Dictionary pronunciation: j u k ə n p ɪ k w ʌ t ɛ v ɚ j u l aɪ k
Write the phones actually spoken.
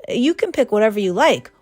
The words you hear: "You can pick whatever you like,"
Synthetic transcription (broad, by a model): j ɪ k ə n p ɪ k w ʌ t ɛ v ɚ j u l aɪ k